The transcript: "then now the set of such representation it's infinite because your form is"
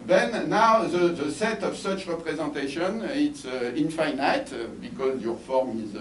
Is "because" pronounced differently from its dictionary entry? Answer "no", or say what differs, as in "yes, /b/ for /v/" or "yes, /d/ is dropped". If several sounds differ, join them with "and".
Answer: no